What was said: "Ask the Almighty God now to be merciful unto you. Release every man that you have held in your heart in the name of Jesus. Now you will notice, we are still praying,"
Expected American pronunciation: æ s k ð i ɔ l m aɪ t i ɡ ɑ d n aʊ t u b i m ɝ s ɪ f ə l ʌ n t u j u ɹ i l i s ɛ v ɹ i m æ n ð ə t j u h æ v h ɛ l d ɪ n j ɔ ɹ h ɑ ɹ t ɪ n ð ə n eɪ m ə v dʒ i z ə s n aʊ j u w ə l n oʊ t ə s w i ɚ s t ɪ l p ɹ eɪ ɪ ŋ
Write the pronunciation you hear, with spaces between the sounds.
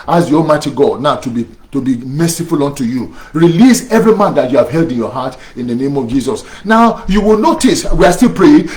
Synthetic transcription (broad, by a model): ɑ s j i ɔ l m aɪ t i ɡ ɑ d n aʊ t u b i m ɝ s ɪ f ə l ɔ n t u j u ɹ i l i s ɛ v ɹ i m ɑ n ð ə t j u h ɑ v h ɛ l d ɪ n j ɔ h ɑ t ɪ n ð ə n eɪ m ə v dʒ i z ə s n aʊ j u w ə l n oʊ t ə s w i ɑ s t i l p ɹ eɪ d